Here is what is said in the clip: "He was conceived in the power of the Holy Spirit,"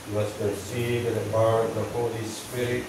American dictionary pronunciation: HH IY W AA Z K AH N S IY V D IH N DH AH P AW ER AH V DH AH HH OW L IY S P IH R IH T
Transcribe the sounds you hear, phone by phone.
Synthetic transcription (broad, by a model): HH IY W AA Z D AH S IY D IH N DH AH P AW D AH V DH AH HH OW L IY S P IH R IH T